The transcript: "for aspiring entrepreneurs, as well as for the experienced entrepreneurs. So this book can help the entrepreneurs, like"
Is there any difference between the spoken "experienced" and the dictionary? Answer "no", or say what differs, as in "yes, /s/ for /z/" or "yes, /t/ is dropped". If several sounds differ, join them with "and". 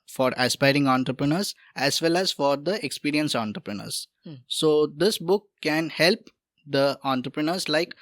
yes, /t/ is dropped